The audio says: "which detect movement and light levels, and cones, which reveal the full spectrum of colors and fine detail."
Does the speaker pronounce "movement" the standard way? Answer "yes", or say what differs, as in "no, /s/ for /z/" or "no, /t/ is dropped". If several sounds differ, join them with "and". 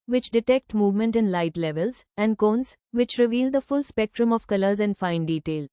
yes